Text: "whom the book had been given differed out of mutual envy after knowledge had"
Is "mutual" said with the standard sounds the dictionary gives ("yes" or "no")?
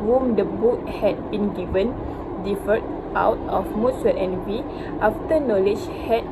no